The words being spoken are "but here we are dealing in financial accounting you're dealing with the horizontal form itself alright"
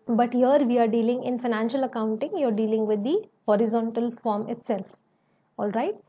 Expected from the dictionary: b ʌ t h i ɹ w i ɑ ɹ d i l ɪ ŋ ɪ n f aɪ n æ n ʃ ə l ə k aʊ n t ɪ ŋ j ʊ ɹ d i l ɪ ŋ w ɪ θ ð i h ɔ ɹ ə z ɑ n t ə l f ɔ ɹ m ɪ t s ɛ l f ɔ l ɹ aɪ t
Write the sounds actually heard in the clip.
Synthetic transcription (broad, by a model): b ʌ t h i ɹ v i ɑ ɹ d i l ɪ ŋ ɪ n f aɪ n æ n ʃ ə l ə k aʊ n t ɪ ŋ j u ɹ d i l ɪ ŋ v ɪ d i h ɔ ɹ ə z ɑ n t ə l f ɔ ɹ m ɪ t s ɛ l f ɔ l ɹ aɪ t